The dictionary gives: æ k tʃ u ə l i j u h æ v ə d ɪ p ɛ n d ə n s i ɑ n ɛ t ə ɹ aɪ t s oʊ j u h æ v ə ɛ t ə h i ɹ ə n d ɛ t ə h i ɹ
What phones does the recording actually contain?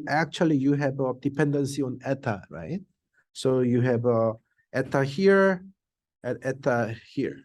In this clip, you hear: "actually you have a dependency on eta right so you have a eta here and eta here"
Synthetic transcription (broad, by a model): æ k tʃ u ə l i j u h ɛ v ə d ɪ p ɛ n d ə n s i ɑ n ɛ t ə ɹ aɪ t s oʊ j u h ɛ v ə ɛ t ə h i ɹ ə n ɛ t ə h i ɹ